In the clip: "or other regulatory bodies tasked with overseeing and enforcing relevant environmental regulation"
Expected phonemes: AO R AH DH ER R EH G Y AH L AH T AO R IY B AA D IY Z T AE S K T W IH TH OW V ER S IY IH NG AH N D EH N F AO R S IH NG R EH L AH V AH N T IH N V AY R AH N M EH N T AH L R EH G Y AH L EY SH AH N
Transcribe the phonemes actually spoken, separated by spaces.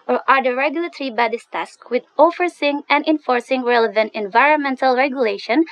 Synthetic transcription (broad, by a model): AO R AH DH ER R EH G Y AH L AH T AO R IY B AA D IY S T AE S K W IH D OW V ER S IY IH NG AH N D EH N F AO R S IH NG R EH L AH V AH N T IH N V AY R AH N M EH N T AH L R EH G Y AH L EY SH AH N